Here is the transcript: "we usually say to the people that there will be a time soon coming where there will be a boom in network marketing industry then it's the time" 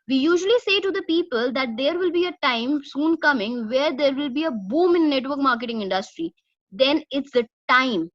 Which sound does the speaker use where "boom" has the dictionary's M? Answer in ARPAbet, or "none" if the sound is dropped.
M